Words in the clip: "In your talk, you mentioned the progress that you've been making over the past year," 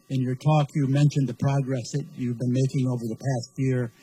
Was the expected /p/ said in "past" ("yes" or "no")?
yes